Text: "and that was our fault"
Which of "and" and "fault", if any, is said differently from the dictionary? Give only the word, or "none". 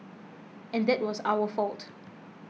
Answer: none